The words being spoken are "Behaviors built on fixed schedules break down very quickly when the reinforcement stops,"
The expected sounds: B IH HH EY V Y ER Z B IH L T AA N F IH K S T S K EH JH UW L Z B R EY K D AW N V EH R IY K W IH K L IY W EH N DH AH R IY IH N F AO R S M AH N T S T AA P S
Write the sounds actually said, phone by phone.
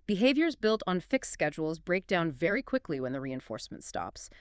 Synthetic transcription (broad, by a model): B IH HH EY V Y ER Z B IH L T N F IH K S S K EH JH UW L Z B R EY K D AW N V EH R IY K W IH K L IY W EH N DH AH R IY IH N F AO R S M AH N T S T AA P S